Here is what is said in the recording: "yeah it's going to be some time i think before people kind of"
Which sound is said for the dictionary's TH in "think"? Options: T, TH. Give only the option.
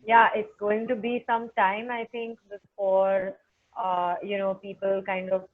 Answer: T